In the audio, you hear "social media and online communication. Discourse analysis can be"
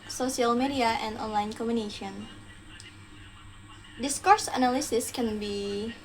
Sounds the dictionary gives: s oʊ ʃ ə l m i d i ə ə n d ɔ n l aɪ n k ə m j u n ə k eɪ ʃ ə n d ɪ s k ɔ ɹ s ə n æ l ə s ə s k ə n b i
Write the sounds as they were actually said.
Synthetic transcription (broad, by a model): s oʊ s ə l m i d i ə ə n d ɔ n l aɪ n k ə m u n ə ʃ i ə n d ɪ s k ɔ ɹ s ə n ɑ l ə s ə s k ə n b i